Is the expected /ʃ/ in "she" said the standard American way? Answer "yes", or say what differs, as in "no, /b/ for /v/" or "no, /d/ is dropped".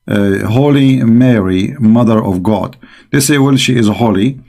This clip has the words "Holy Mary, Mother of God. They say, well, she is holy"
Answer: yes